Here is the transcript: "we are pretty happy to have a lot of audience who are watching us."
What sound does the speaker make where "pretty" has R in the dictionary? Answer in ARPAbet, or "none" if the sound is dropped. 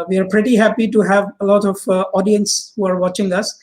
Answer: R